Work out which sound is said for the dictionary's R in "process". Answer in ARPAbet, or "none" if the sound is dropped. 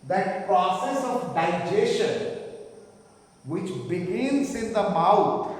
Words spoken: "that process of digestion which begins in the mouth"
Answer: R